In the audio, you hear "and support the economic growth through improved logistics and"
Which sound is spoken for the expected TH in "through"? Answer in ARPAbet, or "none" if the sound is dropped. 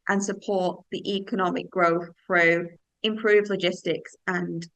TH